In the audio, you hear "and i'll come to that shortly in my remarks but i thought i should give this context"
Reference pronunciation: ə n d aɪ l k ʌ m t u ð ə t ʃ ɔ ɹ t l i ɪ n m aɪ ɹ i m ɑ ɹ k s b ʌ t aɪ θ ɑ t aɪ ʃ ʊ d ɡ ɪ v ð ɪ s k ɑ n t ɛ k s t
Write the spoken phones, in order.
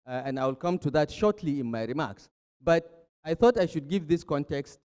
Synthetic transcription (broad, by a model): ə n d aɪ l k ʌ m t u ð ə t ʃ ɔ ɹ t l i ɪ n m aɪ ɹ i m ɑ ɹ k s b ʌ t aɪ θ ɑ t aɪ ʃ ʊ d ɡ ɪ v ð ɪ s k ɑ n t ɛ k s t